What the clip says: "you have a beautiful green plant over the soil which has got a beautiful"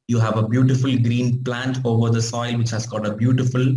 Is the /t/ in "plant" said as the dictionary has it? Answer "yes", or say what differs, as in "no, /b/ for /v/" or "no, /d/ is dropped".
yes